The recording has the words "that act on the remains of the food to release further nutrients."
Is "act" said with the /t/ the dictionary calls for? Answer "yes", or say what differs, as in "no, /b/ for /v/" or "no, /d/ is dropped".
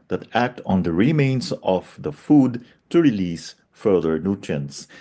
yes